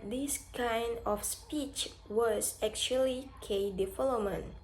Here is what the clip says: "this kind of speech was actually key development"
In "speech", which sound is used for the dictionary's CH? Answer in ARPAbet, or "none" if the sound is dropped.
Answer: CH